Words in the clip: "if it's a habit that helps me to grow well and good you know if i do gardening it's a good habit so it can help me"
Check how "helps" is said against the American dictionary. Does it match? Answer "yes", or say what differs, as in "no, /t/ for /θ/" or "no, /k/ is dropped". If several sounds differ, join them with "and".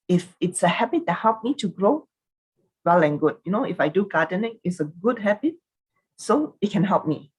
no, /s/ is dropped